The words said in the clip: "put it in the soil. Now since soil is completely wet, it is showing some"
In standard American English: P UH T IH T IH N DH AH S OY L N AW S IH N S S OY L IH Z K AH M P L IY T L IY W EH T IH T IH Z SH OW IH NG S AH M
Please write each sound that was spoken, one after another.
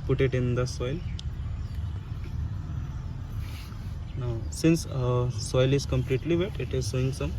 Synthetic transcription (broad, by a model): P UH T IH T IH N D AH S OY L N AW S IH N S S OY L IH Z K AH M P L IY T L IY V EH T IH T IH Z S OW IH NG S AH M